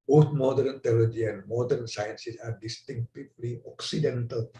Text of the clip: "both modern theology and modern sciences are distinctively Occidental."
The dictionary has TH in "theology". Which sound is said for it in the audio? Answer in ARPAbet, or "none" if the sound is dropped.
T